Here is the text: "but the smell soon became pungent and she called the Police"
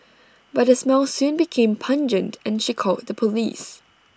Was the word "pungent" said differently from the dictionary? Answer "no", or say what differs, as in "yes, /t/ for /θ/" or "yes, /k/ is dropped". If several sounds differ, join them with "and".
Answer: no